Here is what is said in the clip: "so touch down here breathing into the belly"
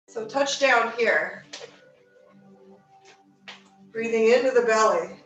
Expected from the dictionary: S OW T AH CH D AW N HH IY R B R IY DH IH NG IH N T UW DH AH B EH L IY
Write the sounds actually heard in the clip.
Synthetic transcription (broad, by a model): S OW T AH CH D AW N HH IY R B R IY DH IH NG IH N T UW DH AH B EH L IY